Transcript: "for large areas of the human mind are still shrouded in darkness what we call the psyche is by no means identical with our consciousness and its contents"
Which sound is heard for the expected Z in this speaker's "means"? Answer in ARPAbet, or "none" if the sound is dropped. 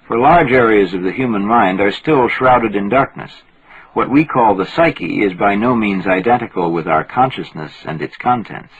Z